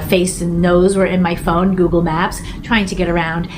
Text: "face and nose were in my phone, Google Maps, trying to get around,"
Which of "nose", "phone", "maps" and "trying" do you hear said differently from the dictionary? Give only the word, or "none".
none